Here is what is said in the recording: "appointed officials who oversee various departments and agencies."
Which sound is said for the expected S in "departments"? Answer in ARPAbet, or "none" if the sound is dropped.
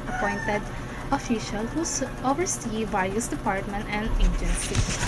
none